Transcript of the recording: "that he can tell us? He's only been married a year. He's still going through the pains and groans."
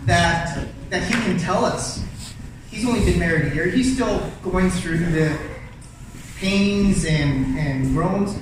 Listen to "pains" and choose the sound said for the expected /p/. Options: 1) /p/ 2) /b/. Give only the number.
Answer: 1